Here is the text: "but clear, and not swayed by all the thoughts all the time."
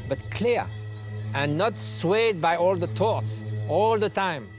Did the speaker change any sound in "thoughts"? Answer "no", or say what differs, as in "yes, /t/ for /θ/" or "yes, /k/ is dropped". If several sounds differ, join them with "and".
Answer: yes, /t/ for /θ/